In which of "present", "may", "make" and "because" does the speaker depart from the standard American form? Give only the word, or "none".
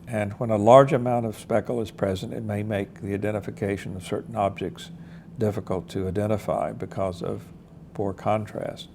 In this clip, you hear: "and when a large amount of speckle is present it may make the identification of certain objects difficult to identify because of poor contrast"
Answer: none